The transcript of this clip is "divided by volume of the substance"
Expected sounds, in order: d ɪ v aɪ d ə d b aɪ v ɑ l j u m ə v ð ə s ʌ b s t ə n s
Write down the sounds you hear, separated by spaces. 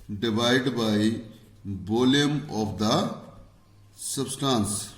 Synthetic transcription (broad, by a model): d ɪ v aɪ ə d b aɪ b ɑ l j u m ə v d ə s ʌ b s t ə n s